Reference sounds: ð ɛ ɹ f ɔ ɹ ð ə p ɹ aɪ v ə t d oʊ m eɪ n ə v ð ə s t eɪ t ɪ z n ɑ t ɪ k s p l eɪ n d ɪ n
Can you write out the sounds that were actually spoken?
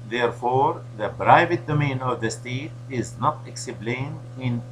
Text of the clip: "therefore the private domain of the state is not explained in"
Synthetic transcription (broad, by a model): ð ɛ ɹ f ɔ ɹ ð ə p ɹ aɪ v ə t d oʊ m eɪ n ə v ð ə s t eɪ t ɪ z n ɑ t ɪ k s b l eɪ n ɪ n